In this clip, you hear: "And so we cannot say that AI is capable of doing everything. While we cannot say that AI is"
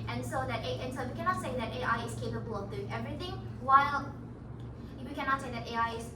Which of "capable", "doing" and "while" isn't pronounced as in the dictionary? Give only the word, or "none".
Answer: none